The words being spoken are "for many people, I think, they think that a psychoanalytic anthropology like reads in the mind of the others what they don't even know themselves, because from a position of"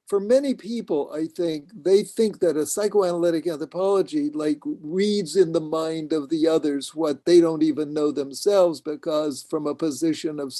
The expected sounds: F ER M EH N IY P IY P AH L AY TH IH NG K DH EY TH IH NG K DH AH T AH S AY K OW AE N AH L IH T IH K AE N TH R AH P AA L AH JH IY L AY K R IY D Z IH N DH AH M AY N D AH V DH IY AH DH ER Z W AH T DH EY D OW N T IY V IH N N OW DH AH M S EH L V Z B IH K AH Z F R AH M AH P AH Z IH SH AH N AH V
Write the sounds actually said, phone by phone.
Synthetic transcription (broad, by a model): F ER M EH N IY P IY P L AY TH IH NG K DH EY TH IH NG K DH AH T AH S AY K OW AE N AH L IH T IH K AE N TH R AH P AA L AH JH IY L AY K R IY D Z IH N DH AH M AY N D AH V DH IY AH DH ER Z W AH T DH EY D OW N T IY V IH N N OW DH AH M S EH L V Z B IH K AH Z F R AH M AH P AH Z IH SH AH N AH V